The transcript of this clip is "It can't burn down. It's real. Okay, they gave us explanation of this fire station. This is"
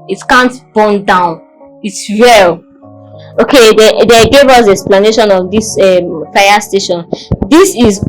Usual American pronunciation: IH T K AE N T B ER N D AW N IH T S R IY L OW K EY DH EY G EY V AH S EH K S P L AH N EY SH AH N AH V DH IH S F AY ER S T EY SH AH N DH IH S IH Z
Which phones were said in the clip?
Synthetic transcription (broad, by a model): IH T K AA N T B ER N D AW N IH T S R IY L OW K EY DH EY G EY V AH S EH K S P L AH N EY SH AH N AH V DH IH S F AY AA S T EY SH AH N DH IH S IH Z